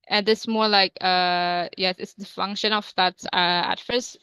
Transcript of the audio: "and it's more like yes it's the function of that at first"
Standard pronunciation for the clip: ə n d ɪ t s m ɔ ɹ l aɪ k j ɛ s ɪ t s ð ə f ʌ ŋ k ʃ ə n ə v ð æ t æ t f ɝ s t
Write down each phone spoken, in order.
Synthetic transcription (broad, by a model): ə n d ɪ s m ɔ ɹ l aɪ k j ɛ s ɪ t s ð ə f ʌ ŋ k ʃ ə n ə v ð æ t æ t f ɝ s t